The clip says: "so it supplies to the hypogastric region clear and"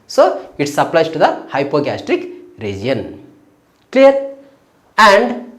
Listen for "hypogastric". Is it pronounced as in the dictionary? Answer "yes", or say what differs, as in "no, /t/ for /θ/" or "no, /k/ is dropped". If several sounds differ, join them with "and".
yes